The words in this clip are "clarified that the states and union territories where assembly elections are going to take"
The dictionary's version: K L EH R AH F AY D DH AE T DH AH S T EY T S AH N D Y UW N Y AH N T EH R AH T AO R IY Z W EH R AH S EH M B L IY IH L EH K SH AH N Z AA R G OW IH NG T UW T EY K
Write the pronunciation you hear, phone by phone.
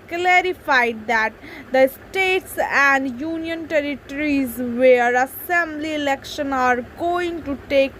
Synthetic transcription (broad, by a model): K L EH R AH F AY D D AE T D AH S T EY T S AH N D Y UW N Y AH N T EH R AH T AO R IY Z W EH R AH S EH M B L IY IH L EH K SH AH N AA R G OW IH NG T UW T EY K